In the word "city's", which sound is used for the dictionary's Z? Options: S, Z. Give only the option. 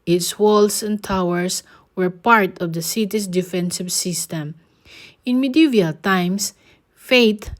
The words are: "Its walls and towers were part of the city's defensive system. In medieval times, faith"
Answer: S